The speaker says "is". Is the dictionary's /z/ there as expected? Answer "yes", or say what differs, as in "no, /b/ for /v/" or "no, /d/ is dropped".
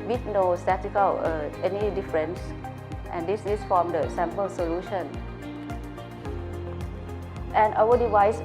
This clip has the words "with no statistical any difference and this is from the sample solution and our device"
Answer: no, /s/ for /z/